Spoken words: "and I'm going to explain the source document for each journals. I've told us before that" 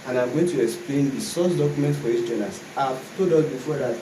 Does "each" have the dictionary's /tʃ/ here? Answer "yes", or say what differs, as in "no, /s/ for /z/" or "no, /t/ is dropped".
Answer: no, /s/ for /tʃ/